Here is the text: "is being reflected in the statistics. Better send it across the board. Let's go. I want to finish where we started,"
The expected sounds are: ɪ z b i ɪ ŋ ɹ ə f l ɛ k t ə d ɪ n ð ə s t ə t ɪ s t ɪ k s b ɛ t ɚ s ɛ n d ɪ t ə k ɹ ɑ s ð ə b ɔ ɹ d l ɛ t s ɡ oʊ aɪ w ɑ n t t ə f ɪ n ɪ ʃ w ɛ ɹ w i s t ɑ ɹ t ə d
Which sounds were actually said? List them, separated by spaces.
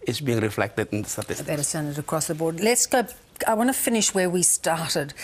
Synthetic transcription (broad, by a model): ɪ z b i ɪ ŋ ɹ ə f l ɛ k t ə d ɪ n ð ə s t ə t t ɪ s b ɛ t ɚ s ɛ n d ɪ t ə k ɹ ɑ s ð ə b ɔ ɹ d l ɛ t s ɡ oʊ aɪ w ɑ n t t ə f ɪ n ɪ ʃ w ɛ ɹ w i s t ɑ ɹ t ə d